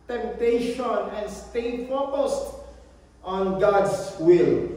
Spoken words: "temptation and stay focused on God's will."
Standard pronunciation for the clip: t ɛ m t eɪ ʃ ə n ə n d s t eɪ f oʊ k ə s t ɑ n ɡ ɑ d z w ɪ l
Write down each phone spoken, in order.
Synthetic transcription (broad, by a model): t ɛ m t eɪ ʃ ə n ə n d s t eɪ f oʊ k ə s t ɑ n ɡ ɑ d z w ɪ l